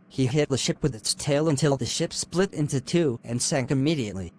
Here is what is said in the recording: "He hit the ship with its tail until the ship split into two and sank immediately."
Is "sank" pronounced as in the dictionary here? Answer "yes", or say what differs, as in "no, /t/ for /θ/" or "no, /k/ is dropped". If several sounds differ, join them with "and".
yes